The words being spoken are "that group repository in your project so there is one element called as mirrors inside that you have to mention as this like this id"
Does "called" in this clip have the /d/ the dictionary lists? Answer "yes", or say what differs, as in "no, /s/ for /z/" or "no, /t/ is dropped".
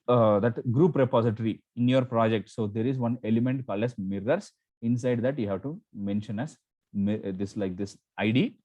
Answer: no, /d/ is dropped